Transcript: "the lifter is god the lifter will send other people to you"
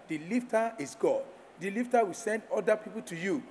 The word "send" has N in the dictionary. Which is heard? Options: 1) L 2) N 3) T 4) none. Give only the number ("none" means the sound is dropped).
2